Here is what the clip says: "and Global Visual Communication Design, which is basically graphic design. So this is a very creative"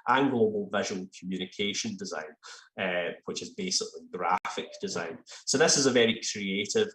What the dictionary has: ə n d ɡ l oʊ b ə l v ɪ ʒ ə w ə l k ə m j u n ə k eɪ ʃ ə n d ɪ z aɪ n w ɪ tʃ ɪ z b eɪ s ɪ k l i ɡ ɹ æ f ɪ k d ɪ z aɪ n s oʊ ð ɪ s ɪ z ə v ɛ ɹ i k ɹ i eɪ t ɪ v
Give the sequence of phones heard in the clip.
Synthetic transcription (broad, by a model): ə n ɡ l oʊ b ə l v ɪ ʒ ə w ə l k ə m j u n ə k eɪ ʃ ə n d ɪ z aɪ n w ɪ tʃ ɪ z b eɪ s ɪ k l i ɡ ɹ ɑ f ɪ k d ɪ z aɪ n s oʊ ð ɪ s ɪ z ə v ɛ ɹ i k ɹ i eɪ t ɪ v